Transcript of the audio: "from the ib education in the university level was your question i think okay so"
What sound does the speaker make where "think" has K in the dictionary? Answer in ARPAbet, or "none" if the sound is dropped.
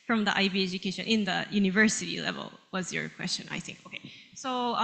K